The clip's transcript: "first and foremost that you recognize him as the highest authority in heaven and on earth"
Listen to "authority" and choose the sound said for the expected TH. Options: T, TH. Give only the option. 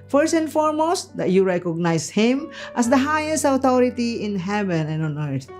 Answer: T